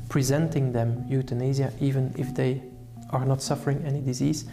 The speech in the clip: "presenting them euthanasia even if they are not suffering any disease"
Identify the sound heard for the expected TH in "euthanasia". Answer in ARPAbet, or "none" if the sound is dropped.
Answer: T